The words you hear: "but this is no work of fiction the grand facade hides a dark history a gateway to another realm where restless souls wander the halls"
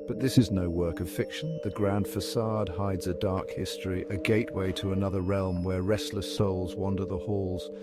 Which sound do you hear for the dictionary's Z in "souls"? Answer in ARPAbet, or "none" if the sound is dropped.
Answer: Z